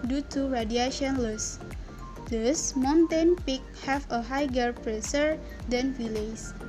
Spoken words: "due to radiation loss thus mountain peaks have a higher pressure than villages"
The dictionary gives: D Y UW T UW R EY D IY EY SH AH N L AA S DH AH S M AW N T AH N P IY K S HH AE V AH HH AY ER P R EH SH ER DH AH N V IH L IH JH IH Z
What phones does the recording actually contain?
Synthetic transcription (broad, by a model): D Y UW T UW R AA D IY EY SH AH N L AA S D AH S M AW N T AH N P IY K HH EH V AH HH AY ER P R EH S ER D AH N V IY L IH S